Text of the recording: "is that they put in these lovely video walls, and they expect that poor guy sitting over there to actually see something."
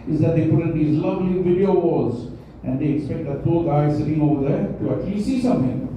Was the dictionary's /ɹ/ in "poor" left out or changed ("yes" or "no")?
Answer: yes